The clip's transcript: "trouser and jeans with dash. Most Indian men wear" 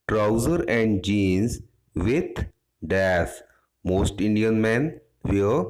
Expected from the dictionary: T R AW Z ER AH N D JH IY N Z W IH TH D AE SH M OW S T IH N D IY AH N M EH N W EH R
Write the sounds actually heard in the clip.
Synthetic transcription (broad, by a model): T R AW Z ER AH N D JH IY N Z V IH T D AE S M OW S T IH N D IY AH N M EH N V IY